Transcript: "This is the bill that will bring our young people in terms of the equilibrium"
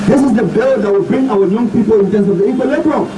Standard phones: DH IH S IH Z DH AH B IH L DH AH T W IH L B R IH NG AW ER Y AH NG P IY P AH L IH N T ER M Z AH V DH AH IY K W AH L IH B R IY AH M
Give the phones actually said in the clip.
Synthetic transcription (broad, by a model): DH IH S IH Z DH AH B IH L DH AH T W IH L B R IH NG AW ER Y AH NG P IY P AH L IH N T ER M S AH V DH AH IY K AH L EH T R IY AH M